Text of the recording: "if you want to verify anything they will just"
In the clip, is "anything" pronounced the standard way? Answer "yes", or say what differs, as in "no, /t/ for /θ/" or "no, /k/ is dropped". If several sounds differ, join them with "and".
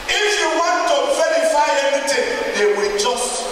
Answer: no, /t/ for /θ/